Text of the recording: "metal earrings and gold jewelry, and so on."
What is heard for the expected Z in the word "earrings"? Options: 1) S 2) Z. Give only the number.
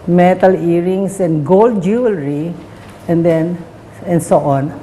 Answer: 1